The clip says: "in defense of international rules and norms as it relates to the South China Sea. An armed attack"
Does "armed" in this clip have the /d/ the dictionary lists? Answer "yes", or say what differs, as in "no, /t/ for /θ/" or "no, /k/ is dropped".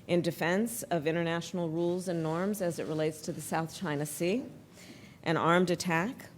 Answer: yes